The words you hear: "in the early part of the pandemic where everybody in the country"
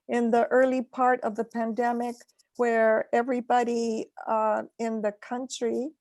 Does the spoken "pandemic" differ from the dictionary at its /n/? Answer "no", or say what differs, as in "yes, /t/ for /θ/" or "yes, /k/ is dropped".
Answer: no